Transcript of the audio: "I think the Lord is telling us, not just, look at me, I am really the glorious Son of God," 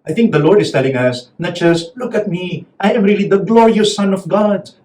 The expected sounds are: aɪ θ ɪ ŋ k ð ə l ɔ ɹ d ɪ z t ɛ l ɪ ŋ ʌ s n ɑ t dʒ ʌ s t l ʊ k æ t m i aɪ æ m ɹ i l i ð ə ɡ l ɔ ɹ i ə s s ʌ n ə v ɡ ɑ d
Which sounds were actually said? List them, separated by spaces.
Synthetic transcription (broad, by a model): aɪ t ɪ ŋ k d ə l ɔ ɹ d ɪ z t ɛ l ɪ ŋ ʌ s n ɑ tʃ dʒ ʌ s l ʊ k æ t m i aɪ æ m ɹ i l i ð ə ɡ l ɔ ɹ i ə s s ʌ n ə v ɡ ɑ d